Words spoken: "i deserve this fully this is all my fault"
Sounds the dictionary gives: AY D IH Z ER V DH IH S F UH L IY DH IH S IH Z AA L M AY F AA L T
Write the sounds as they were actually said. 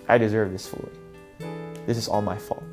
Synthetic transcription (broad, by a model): AY D IH Z ER V DH IH S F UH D DH IH S IH Z AA L M AY F AA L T